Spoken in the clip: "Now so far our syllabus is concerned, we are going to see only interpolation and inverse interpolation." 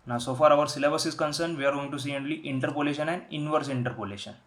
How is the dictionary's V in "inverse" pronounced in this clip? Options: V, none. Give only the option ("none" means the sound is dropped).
V